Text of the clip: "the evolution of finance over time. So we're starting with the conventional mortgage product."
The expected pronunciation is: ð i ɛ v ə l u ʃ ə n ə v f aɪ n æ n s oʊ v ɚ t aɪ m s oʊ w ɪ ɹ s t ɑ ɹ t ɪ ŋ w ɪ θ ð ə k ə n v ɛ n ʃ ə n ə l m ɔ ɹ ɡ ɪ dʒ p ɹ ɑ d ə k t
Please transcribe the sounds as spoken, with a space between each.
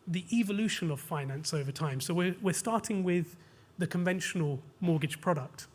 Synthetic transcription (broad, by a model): ð i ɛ v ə l u ʃ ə n ə v f aɪ n æ n s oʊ v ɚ t aɪ m s oʊ w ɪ w s t ɑ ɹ t ɪ ŋ w ɪ ð ə k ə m v ɛ n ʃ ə n ə l m ɔ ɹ ɡ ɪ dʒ p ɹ ɑ d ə k t